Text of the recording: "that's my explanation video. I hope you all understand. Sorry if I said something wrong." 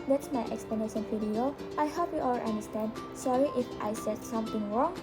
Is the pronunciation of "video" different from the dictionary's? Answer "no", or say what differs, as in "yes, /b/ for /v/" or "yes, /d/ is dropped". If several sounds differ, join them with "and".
yes, /f/ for /v/